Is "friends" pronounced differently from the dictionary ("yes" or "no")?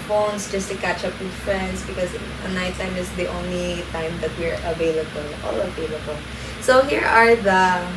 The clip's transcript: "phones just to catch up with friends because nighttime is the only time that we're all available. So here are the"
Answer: yes